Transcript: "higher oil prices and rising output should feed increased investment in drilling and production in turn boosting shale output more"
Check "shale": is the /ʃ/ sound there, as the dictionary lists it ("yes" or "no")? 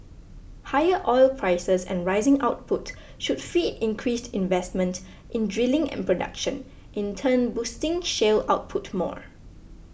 yes